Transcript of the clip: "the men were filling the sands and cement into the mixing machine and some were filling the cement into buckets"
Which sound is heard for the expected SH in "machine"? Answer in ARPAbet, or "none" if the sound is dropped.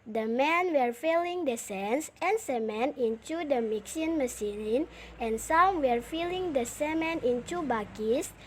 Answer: S